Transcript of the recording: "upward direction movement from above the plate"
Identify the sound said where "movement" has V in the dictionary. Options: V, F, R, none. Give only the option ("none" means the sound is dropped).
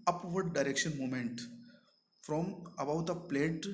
none